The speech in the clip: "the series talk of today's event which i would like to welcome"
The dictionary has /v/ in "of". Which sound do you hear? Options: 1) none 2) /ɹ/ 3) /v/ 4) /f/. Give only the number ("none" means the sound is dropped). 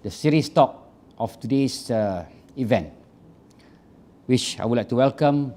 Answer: 4